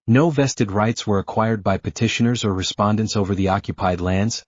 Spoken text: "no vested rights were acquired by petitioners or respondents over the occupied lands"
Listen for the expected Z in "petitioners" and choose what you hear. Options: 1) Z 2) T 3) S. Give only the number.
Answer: 1